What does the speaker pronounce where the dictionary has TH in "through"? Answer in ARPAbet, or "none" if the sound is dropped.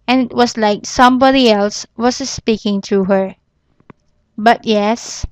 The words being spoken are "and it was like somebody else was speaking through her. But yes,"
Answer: T